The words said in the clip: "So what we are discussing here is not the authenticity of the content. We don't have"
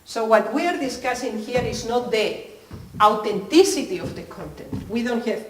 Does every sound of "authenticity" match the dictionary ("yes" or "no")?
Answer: no